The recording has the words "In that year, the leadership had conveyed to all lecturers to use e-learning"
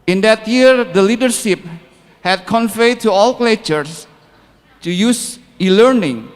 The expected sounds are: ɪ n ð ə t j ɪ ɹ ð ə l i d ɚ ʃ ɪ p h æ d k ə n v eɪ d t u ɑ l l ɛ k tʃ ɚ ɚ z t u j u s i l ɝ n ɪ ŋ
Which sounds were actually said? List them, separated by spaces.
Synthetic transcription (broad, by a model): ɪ n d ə t j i ɹ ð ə l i d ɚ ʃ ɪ p h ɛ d k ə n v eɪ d t u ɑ l l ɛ tʃ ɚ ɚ s t u j u s i l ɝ n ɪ ŋ